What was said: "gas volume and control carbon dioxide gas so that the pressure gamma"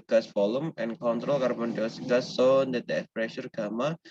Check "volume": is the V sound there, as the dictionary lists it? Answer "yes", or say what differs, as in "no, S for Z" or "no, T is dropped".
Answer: no, F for V